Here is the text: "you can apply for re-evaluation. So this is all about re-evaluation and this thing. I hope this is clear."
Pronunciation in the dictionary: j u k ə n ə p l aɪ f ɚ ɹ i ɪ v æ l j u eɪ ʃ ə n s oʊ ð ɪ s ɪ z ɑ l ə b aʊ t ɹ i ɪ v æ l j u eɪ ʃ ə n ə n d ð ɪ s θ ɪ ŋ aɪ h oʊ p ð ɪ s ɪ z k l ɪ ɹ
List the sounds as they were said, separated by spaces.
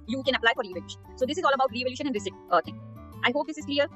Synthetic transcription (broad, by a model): j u k ə n ə p l aɪ f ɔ ɹ i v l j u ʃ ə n s oʊ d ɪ s ɪ z ɑ l ə b aʊ t ɹ i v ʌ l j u ʃ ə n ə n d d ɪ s t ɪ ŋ aɪ h oʊ p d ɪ s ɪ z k l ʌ ɹ